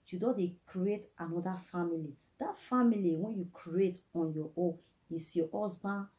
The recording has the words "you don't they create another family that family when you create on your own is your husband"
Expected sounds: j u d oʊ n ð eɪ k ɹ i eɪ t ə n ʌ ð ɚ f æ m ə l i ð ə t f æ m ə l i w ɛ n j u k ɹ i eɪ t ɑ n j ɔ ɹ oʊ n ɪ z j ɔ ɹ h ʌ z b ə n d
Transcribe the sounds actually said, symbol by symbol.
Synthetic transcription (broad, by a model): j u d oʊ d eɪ k ɹ i eɪ t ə n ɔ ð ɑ f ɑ m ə l i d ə t f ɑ m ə l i w ɛ n j u k ɹ i eɪ t ɑ n j ɔ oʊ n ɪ s j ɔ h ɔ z b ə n